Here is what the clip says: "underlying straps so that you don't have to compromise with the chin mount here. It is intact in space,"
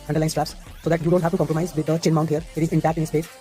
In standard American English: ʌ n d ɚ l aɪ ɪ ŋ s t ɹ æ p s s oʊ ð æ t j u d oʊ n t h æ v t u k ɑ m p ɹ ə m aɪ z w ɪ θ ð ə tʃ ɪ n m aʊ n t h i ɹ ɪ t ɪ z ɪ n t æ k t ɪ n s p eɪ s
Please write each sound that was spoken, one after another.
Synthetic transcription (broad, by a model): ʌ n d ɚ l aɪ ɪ s t ɹ æ p s s oʊ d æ t j u d oʊ n t h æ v t u k ɑ m p ɹ ə m aɪ z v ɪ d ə tʃ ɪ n m aʊ n t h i ɹ ɪ t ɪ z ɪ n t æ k t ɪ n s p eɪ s